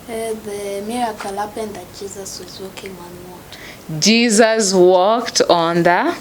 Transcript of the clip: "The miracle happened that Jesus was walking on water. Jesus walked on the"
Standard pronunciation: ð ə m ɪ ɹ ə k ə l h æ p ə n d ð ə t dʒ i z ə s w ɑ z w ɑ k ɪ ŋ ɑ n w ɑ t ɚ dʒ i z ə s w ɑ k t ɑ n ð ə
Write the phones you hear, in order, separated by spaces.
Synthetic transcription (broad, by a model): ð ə m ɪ ɹ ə k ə l h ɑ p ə n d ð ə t dʒ i z ə s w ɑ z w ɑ k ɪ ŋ ɑ n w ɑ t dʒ i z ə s w ɑ k t ɑ n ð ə